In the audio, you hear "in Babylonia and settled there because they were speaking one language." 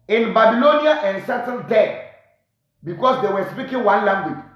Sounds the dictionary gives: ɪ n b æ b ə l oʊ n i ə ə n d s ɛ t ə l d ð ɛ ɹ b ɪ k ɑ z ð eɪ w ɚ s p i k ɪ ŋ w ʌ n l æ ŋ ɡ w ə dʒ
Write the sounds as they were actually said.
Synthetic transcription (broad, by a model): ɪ n b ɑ b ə l oʊ n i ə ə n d s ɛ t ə n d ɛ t b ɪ k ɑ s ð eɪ w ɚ s p i k ɪ ŋ w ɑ n l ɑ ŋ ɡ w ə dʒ